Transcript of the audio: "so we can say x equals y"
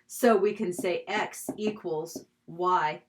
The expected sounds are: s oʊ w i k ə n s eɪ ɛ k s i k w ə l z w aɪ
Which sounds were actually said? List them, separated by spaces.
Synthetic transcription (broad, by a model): s oʊ w i k ə n s eɪ ɛ k s i k w ə l z w aɪ